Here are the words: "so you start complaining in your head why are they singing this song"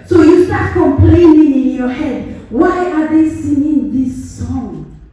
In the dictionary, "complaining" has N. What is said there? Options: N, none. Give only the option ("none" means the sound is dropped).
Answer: N